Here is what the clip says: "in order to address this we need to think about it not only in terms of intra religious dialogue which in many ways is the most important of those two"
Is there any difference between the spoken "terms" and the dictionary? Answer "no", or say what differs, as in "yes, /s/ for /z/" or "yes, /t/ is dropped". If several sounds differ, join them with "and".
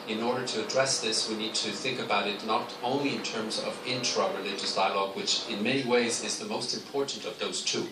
no